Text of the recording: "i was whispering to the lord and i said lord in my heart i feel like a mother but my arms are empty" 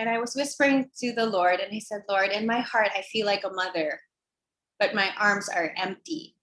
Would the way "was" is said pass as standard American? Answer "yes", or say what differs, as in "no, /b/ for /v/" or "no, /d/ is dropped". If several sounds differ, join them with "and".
yes